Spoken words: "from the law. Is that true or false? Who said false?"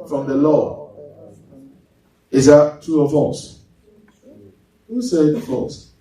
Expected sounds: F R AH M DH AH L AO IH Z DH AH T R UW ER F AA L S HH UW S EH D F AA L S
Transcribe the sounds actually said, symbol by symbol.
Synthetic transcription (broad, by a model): F R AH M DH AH L AO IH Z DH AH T UW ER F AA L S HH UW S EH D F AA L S